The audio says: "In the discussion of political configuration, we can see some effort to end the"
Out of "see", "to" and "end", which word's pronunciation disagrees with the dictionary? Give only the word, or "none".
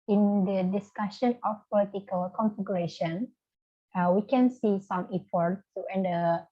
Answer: to